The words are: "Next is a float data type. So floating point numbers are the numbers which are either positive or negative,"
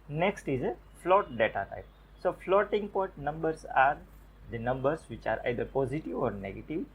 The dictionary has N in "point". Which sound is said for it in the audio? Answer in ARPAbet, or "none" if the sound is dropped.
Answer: none